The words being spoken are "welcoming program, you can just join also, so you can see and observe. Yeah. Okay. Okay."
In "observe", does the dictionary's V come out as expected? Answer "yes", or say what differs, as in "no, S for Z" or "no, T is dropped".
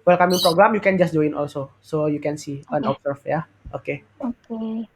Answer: no, F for V